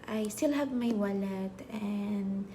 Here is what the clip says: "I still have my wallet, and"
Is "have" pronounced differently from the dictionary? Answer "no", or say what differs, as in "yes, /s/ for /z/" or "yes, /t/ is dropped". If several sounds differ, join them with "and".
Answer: yes, /b/ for /v/